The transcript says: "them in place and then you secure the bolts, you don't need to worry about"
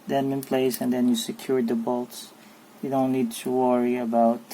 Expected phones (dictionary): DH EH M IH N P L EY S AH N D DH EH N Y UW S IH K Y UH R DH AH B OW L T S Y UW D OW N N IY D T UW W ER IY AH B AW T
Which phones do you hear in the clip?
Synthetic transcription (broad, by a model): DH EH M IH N P L EY S AH N D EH N Y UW S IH K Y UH R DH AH B OW L T S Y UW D OW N N IY D T UW W ER IY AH B AW T